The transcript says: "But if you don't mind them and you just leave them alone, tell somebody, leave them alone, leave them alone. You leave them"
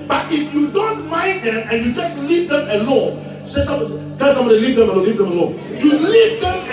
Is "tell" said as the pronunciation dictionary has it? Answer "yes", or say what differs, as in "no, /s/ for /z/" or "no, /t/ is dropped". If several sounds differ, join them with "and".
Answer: no, /s/ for /t/